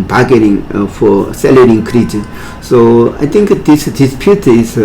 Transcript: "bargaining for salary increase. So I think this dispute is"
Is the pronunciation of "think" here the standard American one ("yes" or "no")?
no